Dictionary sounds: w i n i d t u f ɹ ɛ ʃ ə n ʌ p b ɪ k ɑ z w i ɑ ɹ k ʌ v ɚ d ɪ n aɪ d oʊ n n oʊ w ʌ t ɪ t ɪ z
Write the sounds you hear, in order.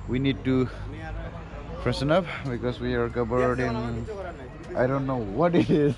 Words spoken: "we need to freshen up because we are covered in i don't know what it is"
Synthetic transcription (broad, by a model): w i n i d t u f ɹ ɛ s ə n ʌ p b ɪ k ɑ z w i ɑ ɹ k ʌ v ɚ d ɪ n aɪ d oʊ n n oʊ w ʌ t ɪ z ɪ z